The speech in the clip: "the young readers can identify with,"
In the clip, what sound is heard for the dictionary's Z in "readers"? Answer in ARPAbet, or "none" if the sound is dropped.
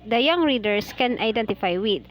S